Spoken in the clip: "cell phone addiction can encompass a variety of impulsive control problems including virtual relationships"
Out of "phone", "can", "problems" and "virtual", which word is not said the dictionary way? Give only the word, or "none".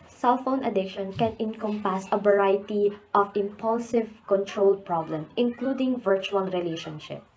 problems